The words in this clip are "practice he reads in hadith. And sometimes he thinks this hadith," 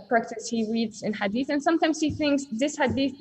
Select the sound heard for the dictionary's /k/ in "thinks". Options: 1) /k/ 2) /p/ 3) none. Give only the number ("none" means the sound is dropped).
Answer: 1